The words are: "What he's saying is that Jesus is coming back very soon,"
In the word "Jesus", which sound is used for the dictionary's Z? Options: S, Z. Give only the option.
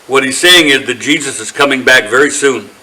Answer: Z